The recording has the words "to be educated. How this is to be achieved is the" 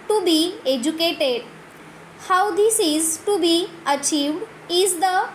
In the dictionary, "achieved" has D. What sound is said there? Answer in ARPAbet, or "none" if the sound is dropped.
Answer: D